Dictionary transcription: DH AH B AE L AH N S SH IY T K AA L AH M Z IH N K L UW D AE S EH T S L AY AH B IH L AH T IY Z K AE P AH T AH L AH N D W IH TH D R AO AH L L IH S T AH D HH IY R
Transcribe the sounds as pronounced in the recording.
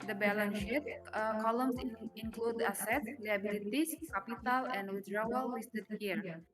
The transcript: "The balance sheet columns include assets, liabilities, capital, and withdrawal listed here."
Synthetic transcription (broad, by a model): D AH B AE L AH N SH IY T K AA L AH M S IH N K L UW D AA S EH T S L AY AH B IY L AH T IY S K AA P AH T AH L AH N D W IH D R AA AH L W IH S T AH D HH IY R